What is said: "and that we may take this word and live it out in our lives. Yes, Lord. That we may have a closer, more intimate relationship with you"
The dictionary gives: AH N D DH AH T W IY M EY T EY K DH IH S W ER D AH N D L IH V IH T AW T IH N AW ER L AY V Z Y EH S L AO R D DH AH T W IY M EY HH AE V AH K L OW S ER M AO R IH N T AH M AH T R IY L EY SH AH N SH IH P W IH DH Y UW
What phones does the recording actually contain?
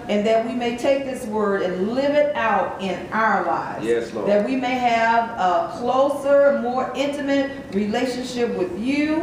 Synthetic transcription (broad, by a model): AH N DH AH T W IY M EY T EY K DH IH S W ER D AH N L IH V IH T AW T IH N AW ER L AY V Z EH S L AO DH AH T W IY M EY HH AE V AH K L OW S ER M AO R IH N T AH M AH T R IY L EY SH AH N SH IH P W IH DH Y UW